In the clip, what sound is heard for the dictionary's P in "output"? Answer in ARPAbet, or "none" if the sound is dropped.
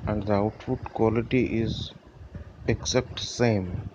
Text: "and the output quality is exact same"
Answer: F